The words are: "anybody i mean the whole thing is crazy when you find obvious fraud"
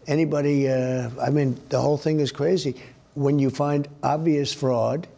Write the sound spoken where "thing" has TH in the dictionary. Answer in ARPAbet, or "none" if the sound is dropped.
TH